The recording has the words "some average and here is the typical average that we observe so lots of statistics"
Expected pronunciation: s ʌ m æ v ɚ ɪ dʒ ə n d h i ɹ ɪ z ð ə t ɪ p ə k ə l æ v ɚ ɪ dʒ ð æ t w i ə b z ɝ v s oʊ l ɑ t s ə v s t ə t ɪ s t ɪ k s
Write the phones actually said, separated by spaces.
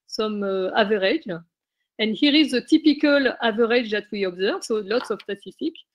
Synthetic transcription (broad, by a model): s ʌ m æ v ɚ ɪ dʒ ə n d h i ɹ ɪ z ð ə t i p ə k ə l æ v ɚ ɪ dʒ ð æ t w i ə b z ɝ v s oʊ l ɑ t s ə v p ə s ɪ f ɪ k